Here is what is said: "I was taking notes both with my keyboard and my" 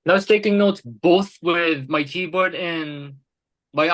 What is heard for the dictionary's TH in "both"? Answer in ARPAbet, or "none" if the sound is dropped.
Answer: TH